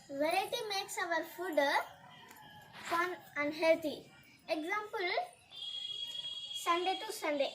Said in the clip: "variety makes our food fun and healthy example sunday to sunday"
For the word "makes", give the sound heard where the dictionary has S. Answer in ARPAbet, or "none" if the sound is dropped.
S